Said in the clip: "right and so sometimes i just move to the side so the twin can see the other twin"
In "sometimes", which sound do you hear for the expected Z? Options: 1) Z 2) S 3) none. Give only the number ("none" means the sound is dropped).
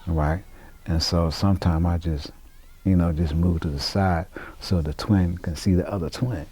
3